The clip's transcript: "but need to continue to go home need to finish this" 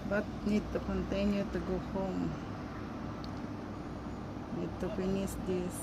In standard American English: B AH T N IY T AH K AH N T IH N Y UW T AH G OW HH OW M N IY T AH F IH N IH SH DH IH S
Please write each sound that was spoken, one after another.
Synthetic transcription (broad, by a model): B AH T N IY T AH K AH N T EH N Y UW T AH G OW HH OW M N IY T AH P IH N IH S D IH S